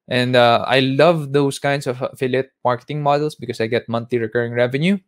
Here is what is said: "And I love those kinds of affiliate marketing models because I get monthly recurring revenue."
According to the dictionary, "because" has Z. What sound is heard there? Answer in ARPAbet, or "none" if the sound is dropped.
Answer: S